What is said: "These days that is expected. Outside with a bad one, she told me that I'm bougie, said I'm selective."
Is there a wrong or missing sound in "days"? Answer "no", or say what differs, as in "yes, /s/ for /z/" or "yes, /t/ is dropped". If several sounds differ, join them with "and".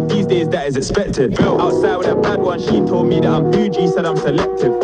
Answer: no